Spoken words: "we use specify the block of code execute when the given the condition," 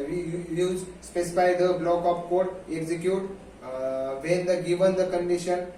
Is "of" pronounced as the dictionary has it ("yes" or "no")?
no